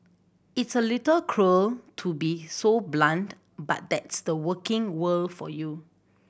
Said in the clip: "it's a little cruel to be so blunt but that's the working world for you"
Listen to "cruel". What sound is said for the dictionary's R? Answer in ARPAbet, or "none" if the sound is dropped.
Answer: R